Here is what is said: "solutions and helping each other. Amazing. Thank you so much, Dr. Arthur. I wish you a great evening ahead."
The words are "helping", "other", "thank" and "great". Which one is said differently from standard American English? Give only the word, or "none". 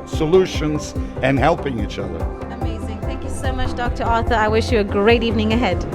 none